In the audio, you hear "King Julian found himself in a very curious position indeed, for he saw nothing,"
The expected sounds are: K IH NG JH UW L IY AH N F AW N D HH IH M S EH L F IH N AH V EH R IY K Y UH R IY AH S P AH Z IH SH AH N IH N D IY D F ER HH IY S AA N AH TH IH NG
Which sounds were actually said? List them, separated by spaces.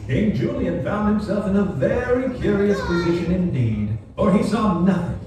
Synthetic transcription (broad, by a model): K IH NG JH UW L IY AH N F AW N D HH IH M S EH L F IH N AH V EH R IY K Y UH R IY AH S P AH Z IH SH AH N IH N D IY D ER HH IY S AA N AH TH IH NG